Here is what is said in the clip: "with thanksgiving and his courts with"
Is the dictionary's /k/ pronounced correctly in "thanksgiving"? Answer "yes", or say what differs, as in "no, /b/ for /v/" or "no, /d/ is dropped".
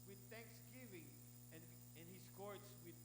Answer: yes